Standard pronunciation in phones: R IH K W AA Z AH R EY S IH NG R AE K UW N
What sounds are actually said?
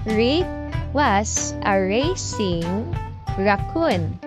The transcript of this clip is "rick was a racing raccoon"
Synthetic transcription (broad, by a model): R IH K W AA S AH R EY S IH NG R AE K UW N